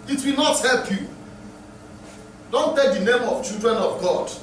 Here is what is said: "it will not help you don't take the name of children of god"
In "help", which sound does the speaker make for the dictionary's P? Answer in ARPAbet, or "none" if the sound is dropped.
P